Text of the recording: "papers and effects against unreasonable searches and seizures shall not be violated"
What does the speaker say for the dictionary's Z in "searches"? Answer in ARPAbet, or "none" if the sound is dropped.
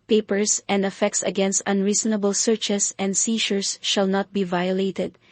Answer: S